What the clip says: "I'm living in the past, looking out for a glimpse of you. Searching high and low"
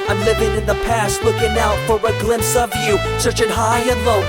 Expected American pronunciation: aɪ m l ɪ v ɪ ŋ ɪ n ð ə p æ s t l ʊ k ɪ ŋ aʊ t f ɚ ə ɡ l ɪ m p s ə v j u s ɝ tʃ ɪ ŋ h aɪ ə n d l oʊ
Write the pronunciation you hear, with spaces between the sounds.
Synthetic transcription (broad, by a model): aɪ m l ɪ v ɪ ŋ ɪ n ð ə p æ s t w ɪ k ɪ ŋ aʊ t f ɚ ə ɡ l ɪ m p s ə v j u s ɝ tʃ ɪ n h aɪ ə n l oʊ